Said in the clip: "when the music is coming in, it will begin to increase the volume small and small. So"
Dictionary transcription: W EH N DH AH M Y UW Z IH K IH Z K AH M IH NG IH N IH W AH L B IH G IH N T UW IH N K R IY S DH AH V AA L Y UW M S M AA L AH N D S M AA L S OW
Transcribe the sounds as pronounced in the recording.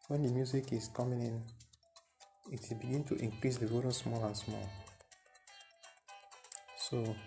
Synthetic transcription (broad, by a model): W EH N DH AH M Y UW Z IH K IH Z K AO M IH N IH N IH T B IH G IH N T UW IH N K R IY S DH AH W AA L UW S M AA L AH N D S M AA L S OW